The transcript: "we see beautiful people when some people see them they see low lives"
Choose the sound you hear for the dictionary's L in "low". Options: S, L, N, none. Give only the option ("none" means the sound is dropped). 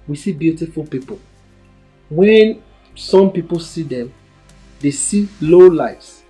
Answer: L